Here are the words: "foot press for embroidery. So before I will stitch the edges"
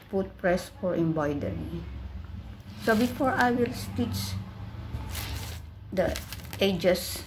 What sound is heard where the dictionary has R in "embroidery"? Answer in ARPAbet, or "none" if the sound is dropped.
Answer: none